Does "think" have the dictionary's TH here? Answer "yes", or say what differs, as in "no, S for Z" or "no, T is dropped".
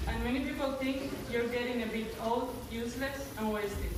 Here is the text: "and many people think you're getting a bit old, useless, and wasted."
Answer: no, T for TH